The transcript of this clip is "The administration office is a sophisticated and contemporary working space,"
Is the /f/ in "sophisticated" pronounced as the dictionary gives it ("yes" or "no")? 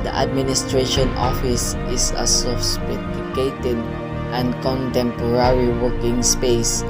no